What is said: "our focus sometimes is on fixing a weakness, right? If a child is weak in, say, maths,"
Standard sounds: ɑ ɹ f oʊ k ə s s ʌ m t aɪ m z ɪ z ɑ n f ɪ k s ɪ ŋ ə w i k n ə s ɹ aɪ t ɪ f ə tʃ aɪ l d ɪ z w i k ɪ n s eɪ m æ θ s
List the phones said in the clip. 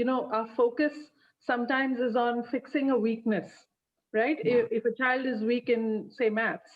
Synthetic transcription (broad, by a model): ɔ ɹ f oʊ k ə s s ʌ m t aɪ m z ɪ z ɑ n f ɪ k s ɪ ŋ ə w i k n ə s ɹ aɪ t ɪ f ə tʃ aɪ l d ɪ z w i k ɪ n s eɪ m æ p s